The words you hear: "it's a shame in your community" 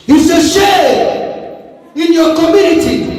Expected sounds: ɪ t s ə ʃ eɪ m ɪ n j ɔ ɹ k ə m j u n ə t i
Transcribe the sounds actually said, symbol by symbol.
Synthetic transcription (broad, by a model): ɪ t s ə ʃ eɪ ɪ n j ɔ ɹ k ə m j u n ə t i